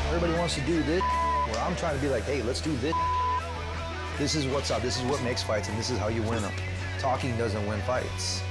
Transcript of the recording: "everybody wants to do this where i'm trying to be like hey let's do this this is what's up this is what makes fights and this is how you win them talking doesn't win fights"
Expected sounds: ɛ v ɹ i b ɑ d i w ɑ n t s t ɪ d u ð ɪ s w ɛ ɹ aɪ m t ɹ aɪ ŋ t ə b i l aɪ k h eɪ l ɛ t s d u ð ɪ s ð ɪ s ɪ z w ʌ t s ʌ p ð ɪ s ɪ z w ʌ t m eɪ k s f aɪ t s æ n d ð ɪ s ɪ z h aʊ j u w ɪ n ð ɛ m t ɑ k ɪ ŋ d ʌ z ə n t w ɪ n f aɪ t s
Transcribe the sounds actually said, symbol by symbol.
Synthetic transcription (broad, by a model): ɛ v ɹ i b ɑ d i w ɑ n t s t ɪ d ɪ ð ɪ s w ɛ ɹ aɪ m t ɹ aɪ ŋ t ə b i l aɪ k h eɪ l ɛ t s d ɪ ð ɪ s ð ɪ s ɪ z w ʌ t s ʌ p ð ɪ s ɪ z w ʌ t m eɪ k s f aɪ t s n ð ɪ s ɪ z h aʊ j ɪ w ɪ n t ɑ k ɪ ŋ d ʌ z ə n t w ɪ n f aɪ t s